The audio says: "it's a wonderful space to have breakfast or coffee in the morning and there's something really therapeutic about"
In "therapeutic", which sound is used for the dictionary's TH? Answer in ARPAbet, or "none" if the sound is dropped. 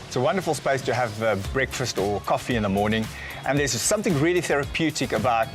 TH